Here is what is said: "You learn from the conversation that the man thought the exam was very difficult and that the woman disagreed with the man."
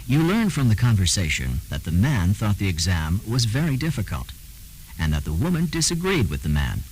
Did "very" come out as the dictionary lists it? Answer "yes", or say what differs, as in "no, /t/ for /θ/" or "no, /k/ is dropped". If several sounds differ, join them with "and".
yes